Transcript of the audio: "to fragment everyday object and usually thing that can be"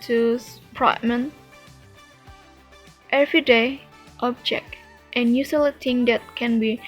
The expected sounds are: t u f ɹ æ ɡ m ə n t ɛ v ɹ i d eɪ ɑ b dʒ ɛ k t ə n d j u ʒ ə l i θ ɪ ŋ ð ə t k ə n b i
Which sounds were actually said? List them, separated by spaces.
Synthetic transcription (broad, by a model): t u p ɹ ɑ m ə n t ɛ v ɹ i d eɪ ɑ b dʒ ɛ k t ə n j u s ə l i t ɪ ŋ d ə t k ə n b i